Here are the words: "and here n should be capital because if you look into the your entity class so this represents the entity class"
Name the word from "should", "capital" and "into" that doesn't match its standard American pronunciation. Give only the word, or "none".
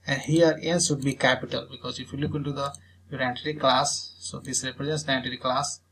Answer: should